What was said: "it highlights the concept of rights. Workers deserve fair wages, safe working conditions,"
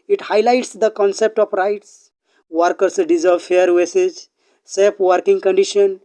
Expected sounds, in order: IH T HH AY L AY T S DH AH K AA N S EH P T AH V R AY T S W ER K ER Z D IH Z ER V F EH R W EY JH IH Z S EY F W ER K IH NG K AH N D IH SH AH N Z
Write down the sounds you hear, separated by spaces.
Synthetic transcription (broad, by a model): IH T HH AY L AY T S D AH K AA N S EH P T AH P R AY T S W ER K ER S D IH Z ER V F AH R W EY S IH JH S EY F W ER K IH NG K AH N D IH SH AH N